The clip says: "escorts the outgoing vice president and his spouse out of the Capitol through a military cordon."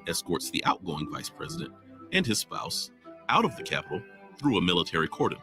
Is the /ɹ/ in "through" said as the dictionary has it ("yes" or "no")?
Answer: yes